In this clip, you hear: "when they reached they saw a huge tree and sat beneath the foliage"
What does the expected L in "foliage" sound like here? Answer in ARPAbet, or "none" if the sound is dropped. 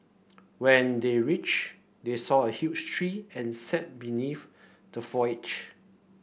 none